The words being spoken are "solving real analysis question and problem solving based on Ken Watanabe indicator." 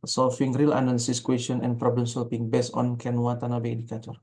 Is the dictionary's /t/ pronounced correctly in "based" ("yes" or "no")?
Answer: no